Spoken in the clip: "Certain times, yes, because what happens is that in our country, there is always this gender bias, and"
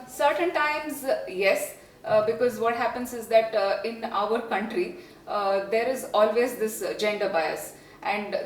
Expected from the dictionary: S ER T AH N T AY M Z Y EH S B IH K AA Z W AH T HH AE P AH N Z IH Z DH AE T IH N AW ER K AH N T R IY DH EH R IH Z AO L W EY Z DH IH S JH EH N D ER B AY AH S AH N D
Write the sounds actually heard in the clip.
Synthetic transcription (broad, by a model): S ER T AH N T AY M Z Y EH S B IH K AA Z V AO T HH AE P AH N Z IH Z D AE T IH N AW ER K AH N T R IY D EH R IH Z AO L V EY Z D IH S JH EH N D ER B AY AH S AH N D